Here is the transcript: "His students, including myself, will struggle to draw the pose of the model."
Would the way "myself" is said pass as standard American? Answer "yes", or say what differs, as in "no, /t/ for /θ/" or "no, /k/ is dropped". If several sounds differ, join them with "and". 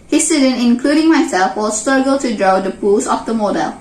no, /l/ is dropped